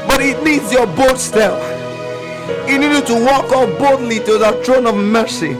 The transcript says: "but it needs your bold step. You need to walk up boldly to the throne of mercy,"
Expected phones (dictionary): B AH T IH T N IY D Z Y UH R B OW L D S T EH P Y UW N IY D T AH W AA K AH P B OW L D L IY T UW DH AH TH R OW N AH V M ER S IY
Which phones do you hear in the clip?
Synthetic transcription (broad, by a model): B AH T IH T N IY D Z Y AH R B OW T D S T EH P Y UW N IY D T AH W AA K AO F B OW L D L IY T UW DH AH T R OW N AH V M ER S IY